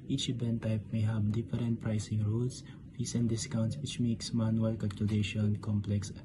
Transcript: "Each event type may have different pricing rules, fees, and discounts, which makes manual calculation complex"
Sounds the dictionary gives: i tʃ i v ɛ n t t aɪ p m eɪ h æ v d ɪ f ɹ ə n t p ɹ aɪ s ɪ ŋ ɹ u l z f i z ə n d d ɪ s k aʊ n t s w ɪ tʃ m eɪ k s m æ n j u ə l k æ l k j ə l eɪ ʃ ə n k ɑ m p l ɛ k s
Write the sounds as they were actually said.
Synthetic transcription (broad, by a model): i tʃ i b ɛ n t t aɪ p m eɪ h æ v d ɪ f ɹ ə n t p ɹ aɪ s ɪ ŋ ɹ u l s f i s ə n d d ɪ s k aʊ n t s w ɪ tʃ m eɪ k s m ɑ n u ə l k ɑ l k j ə l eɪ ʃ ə n k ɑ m p l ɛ k s